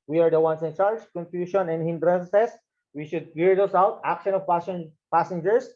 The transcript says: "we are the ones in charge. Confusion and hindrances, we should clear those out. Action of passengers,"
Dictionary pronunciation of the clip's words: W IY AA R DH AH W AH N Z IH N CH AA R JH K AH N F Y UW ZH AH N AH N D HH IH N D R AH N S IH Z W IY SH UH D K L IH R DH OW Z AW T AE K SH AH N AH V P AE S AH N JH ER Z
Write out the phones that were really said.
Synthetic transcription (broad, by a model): W IY AA R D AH W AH N S IH N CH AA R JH K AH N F Y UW SH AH N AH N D HH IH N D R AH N S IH S W IY SH UH D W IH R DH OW S AW T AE K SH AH N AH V P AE S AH N JH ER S